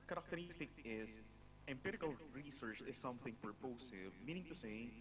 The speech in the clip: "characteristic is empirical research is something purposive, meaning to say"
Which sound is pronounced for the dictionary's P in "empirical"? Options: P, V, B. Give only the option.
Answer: P